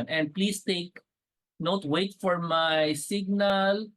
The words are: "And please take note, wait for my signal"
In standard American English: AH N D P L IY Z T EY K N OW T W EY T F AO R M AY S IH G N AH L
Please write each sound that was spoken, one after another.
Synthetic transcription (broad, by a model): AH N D P L IY S T EY K N OW T W EY T F AO R M AY S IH G N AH L